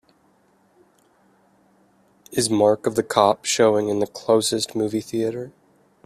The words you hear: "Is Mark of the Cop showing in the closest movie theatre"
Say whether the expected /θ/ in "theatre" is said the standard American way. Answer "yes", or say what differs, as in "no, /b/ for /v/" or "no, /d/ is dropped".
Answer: yes